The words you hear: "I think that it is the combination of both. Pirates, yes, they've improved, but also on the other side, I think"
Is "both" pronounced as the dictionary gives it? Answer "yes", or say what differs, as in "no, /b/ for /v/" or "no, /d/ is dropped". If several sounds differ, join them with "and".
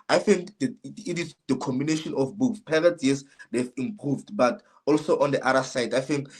no, /s/ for /θ/